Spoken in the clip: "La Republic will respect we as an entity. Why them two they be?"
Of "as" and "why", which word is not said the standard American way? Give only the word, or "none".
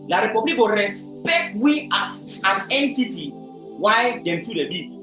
as